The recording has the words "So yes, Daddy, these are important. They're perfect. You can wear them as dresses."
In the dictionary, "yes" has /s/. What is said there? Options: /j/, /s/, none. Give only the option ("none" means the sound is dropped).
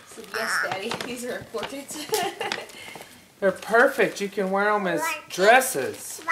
/s/